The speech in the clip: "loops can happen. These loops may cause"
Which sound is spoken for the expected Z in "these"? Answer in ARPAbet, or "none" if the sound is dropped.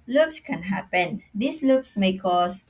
S